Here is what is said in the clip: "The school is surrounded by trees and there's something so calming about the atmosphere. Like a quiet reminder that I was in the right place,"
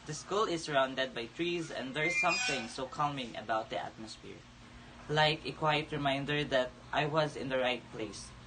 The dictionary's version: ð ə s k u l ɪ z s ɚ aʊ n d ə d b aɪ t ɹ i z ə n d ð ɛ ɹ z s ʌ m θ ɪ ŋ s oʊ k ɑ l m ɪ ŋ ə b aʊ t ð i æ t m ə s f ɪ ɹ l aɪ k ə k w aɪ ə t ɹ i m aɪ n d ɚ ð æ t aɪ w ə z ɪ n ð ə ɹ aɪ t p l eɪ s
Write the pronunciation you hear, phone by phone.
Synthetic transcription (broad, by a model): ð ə s k u l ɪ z s ɚ aʊ n d ə d b aɪ t ɹ i z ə n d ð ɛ ɹ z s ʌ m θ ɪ ŋ s oʊ k ɑ l m ɪ ŋ ə b aʊ t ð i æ t m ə s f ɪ ɹ l aɪ k ə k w aɪ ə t ɹ i m aɪ n d ɚ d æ t aɪ w ə z ɪ n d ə ɹ aɪ t p l eɪ s